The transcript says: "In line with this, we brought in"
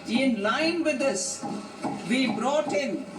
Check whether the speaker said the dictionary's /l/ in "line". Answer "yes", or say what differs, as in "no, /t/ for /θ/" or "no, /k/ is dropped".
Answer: yes